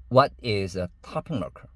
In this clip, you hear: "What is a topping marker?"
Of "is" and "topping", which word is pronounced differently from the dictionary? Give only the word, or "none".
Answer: none